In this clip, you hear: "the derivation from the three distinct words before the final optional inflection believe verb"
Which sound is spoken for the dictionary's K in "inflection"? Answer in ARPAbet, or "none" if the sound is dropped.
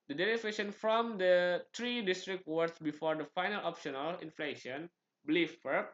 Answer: none